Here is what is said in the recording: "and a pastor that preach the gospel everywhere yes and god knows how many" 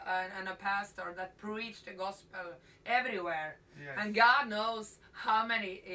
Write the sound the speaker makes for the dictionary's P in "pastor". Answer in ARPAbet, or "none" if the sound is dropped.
P